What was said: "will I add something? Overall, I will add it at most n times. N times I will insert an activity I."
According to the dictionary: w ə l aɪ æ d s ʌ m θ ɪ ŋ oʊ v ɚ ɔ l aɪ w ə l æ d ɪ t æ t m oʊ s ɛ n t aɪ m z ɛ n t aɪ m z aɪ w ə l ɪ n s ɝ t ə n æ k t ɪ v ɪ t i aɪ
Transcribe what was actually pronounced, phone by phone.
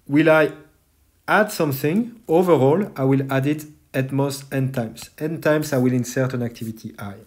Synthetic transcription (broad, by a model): w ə l aɪ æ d s ʌ m θ ɪ ŋ oʊ v ɚ ɔ l aɪ w ə l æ d ɪ t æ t m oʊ s ɛ n t aɪ m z ɛ n t aɪ m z aɪ w ə l ɪ n s ɝ t ə n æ k t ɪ v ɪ t i aɪ